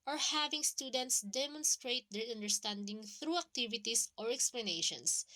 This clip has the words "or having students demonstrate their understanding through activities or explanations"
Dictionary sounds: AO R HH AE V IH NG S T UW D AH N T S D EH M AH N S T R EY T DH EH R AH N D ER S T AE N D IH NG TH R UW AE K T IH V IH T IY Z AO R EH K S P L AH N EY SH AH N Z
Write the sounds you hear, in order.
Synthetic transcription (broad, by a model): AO R HH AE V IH NG S T UW D AH N T S D EH M AH N S T R EY T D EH R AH N D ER S T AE N D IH NG TH R UW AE K T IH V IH T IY S AO R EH K S P L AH N EY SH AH N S